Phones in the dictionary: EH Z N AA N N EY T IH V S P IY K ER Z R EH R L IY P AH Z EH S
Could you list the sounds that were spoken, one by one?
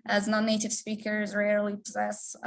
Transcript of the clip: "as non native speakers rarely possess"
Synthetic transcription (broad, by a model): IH Z N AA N N EY T IH V S P IY K ER Z R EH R L IY P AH Z EH S